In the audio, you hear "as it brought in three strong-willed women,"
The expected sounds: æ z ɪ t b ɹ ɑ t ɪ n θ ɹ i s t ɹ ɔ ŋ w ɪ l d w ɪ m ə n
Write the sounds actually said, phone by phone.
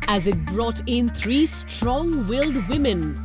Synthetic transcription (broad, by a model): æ z ɪ t b ɹ ɑ t ɪ n t ɹ i s t ɹ ɔ ŋ w ɪ l d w ɪ m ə n